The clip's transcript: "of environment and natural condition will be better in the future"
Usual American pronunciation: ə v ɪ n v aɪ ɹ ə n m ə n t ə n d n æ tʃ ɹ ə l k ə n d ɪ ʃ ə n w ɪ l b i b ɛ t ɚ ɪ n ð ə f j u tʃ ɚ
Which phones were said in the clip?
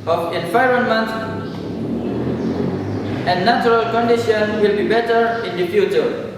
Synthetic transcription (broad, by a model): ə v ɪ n f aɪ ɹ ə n m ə n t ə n n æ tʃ ɹ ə l k ə n d ɪ ʃ ə n w ɪ l b i b ɛ t ɚ ɪ n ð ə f j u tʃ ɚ